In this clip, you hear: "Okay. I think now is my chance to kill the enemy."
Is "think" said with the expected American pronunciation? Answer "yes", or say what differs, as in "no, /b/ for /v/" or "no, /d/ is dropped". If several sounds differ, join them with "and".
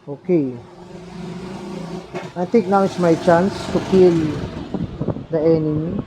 no, /t/ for /θ/